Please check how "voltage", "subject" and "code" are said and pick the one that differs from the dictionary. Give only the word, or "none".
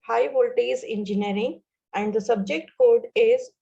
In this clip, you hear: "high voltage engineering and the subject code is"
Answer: voltage